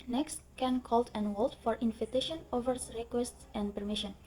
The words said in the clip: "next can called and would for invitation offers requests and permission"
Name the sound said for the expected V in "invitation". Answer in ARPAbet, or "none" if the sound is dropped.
F